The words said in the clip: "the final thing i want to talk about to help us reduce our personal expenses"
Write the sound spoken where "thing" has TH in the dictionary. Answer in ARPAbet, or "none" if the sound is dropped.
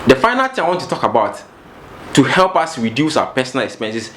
T